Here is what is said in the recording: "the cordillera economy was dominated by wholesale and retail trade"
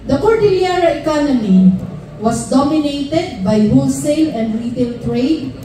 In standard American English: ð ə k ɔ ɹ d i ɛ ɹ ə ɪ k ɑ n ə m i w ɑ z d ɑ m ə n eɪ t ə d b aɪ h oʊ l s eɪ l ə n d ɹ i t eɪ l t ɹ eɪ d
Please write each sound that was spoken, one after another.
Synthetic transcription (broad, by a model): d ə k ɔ ɹ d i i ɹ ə ɪ k ɑ n ə m i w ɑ s d ɑ m ə n eɪ t ə d b aɪ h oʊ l s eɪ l ə n d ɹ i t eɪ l t ɹ eɪ d